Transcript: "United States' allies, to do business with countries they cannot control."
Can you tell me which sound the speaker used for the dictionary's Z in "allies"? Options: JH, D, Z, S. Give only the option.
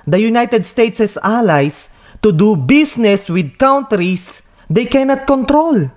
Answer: S